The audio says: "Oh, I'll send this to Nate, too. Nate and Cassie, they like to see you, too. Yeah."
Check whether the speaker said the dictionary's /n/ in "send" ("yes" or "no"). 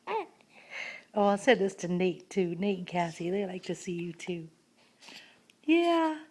no